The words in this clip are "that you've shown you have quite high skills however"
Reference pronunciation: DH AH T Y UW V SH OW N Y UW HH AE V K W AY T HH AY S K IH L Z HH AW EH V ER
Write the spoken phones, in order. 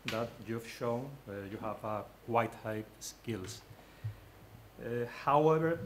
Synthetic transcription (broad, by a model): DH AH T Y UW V SH OW N Y UW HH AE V K W AY T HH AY S K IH L S HH AW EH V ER